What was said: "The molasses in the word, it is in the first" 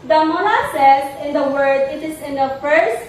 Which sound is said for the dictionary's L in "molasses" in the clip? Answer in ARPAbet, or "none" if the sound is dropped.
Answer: N